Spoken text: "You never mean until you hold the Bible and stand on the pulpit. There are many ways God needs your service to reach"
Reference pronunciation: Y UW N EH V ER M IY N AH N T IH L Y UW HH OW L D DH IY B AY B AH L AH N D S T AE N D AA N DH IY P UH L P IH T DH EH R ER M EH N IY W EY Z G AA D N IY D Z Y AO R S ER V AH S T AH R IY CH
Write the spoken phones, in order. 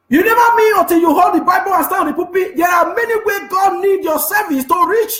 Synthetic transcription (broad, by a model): Y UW N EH V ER M IY N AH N T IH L Y UW HH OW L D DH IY B AY B AH L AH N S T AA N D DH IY P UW P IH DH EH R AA M EH N IY W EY G AA D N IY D Y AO S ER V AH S T AH R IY CH